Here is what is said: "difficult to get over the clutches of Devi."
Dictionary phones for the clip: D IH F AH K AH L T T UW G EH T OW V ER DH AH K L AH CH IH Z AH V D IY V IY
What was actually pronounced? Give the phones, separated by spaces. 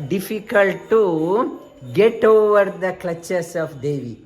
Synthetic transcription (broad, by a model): D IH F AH K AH L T T UW G EH T OW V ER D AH K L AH CH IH S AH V D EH V IY